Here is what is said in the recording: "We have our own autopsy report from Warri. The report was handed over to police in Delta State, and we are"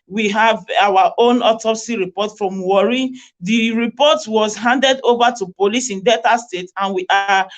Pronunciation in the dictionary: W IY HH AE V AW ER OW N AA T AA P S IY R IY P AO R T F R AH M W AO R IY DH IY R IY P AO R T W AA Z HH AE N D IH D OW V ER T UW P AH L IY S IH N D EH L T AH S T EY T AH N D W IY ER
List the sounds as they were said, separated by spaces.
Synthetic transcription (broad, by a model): W IY HH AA V AW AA OW N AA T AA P S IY R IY P AO T F R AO M W AO R IY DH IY R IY P AO T W AA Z HH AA N D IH D OW V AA T UW P AH L IY S IH N D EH T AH S T EY T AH N W IY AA